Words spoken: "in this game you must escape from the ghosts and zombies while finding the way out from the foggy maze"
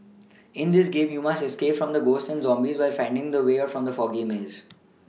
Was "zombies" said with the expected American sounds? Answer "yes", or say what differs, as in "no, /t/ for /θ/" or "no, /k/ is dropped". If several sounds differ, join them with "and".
yes